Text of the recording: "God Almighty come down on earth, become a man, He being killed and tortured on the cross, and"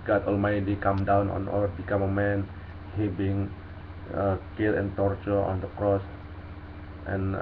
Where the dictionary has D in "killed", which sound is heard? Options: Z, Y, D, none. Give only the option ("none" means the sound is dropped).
none